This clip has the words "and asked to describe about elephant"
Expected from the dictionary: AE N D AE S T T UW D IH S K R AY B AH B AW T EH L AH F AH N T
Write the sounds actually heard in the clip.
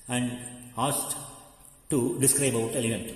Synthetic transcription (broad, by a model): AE N D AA S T T UW D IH S K R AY AH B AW T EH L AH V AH N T